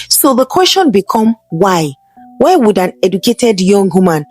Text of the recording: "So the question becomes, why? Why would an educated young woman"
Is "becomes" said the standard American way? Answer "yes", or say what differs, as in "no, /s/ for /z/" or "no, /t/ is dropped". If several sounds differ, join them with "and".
no, /z/ is dropped